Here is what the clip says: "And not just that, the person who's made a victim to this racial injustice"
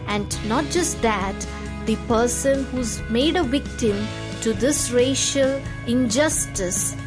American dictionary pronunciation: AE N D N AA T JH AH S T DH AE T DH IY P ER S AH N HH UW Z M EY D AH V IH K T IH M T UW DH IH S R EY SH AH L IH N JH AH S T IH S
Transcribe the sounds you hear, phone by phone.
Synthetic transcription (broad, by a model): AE N D N AA T JH AH S T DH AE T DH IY P ER S AH N HH UW Z M EY D AH V IH K T IH M T UW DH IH S R EY SH AH L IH N JH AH S T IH S